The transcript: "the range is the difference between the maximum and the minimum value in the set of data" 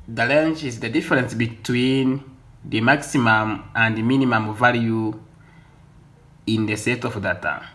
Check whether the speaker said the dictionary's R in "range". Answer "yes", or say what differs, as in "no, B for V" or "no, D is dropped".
no, L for R